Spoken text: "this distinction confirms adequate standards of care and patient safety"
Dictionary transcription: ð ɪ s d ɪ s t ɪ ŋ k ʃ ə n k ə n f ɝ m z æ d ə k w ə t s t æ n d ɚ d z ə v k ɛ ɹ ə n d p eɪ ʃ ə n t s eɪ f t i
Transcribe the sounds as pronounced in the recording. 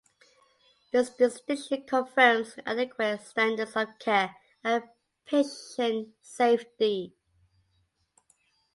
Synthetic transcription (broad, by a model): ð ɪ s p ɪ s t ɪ k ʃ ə k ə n f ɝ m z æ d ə k w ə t s t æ n d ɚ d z ə v k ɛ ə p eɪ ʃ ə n s eɪ f t i